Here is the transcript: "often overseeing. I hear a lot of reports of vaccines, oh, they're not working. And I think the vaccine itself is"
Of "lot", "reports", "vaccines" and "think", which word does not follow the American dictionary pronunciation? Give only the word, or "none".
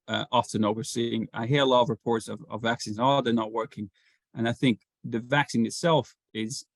none